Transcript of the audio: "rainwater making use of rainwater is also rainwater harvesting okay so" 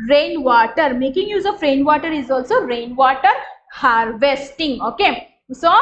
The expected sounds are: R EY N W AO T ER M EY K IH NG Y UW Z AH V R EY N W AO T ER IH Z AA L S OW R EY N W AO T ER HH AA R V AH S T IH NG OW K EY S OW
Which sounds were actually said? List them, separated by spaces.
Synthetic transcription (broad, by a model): R EY N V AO T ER M EY K IH NG Y UW Z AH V R EY N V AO T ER IH Z AA L S OW R EY N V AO T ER HH AA R V AH S T IH NG OW K EY S OW